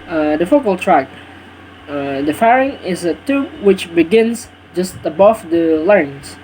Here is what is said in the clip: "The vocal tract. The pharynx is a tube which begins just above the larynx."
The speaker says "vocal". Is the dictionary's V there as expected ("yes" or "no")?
no